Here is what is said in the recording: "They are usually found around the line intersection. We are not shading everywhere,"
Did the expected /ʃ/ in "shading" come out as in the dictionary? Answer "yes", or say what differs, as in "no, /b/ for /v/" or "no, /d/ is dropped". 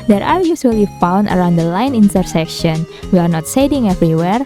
no, /s/ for /ʃ/